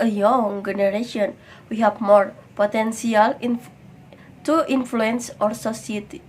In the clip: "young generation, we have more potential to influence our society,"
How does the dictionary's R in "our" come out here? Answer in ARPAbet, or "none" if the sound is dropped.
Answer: R